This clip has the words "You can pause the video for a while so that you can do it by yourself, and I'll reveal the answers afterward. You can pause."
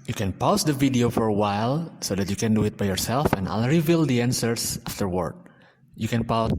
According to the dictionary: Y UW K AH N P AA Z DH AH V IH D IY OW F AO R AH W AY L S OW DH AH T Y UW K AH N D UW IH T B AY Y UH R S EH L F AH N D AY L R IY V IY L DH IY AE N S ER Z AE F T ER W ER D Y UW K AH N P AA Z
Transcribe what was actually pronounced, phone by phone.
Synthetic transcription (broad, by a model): Y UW K AH N P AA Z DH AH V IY D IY OW F AO R AH W AY L S OW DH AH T Y UW K AH N D UW IH T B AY Y UH R S EH L F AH N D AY L R IY V IY L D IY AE N S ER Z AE F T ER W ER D Y UW K AH N P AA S